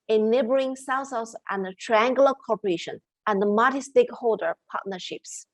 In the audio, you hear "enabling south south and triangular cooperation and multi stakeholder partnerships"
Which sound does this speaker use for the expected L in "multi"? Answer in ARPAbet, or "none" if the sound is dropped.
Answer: none